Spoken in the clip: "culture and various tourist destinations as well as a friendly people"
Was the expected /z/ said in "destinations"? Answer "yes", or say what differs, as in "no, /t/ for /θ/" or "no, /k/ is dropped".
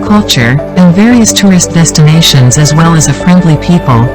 yes